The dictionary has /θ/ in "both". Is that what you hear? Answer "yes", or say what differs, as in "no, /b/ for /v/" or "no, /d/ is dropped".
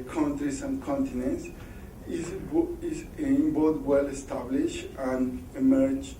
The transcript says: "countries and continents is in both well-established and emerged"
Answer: no, /t/ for /θ/